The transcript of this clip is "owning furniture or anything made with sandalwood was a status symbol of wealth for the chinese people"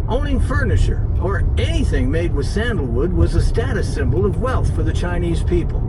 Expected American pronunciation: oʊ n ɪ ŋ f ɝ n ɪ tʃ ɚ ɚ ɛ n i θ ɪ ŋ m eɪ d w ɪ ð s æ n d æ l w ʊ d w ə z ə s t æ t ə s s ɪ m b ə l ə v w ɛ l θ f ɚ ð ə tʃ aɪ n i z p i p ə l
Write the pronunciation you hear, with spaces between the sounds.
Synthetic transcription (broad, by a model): oʊ n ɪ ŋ f ɝ n ɪ tʃ ɚ ɚ ɛ n i θ ɪ ŋ m eɪ d w ɪ ð s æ n d l w ʊ d w ə z ə s t æ t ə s s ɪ m b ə l ə v w ɛ l θ f ɚ ð ə tʃ aɪ n i z p i p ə l